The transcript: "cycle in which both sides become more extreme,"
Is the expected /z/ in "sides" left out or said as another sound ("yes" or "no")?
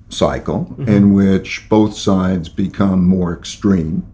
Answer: no